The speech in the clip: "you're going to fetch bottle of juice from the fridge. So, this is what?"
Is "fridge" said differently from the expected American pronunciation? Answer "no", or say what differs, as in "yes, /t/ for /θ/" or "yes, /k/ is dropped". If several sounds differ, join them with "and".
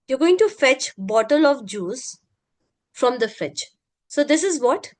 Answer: yes, /ɹ/ is dropped and /tʃ/ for /dʒ/